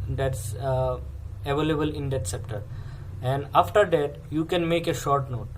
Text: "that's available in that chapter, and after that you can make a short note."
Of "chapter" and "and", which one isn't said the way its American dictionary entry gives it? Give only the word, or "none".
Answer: chapter